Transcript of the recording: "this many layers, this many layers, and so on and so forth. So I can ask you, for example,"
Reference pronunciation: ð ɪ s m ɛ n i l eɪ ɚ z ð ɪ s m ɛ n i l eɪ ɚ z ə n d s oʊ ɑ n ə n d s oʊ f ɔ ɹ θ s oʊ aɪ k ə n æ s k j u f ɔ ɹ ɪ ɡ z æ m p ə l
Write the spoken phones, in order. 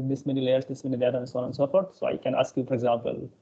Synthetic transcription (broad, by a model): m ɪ s m ɛ n i l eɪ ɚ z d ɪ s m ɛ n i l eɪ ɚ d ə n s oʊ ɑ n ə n s oʊ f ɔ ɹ t s oʊ aɪ k ə n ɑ s k j u f ɔ ɹ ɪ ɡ z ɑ m p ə l